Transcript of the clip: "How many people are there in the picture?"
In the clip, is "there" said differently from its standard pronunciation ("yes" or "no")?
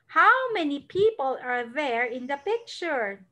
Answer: no